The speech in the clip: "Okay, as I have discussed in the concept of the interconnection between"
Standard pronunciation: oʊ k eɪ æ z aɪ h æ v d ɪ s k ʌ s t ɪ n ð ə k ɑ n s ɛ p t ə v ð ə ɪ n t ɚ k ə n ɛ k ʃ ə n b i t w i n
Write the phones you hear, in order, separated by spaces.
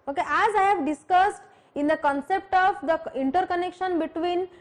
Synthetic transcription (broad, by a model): oʊ k eɪ æ z aɪ h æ v d ɪ s k ʌ s t ɪ n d ə k ɑ n s ɛ p t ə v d ə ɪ n t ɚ k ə n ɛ k ʃ ə n b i t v i n